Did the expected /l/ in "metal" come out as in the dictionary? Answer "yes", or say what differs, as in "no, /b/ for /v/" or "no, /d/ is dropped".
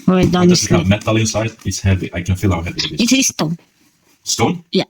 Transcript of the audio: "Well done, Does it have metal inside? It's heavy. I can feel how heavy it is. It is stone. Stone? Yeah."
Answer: yes